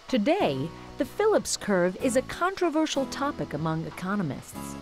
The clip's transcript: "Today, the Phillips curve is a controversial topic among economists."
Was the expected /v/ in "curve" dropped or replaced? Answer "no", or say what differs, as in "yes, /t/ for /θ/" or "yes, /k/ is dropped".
no